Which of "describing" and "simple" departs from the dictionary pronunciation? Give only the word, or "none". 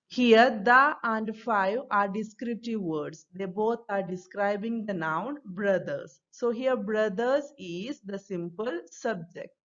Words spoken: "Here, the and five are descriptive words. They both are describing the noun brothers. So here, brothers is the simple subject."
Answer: none